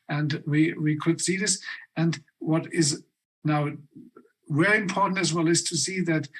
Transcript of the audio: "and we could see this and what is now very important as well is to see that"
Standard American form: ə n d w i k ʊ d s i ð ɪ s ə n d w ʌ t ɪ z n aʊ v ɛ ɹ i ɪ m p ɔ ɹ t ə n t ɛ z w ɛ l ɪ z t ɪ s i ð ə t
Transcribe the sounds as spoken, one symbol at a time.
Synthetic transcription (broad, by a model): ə n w w i k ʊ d s i ð ɪ s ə n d w ʌ t ɪ z n aʊ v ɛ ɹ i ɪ m p ɔ ɹ t n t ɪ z w ɛ l ɪ z t ɪ s i ð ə t